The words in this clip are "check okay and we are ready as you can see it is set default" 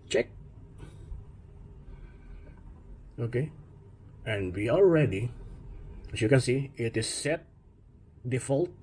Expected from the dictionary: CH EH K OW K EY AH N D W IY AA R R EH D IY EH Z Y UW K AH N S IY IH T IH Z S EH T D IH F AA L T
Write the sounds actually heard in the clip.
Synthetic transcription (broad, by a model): CH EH K OW K EY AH N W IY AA L R EH D IY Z Y UW K AH N S IY IH T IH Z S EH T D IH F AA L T